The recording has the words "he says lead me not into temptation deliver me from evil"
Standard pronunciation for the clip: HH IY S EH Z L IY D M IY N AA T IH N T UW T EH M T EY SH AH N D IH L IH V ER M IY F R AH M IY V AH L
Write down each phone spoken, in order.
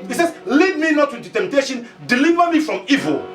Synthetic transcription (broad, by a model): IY S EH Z L IY D M IY N AA T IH T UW T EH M T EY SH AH N D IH L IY V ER M IY F R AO M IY V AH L